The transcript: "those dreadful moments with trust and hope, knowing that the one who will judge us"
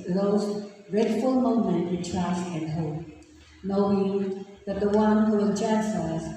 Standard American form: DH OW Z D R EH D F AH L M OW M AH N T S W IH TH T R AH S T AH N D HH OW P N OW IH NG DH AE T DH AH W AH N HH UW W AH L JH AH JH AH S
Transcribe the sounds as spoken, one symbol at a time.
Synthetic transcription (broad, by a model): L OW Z D R EH D F AH L M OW M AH N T W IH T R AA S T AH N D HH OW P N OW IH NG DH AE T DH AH W AH N HH UW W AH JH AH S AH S